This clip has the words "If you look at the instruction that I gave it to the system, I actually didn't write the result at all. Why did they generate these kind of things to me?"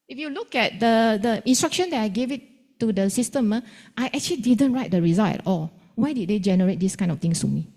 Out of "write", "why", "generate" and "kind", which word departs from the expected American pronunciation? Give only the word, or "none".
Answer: kind